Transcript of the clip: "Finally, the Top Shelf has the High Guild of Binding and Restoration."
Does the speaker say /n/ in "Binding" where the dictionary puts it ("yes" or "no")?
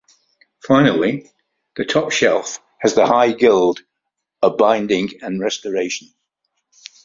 yes